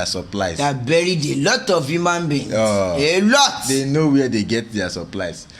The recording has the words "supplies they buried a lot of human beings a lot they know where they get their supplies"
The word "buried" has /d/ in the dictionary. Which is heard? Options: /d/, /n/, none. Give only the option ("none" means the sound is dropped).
/d/